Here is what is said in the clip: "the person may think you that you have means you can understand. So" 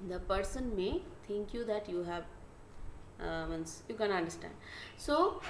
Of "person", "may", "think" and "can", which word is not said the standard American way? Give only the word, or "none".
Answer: think